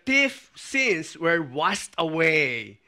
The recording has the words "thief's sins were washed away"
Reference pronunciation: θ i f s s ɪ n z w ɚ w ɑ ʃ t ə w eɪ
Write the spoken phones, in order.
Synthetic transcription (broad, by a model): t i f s s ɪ n s w ɚ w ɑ s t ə w eɪ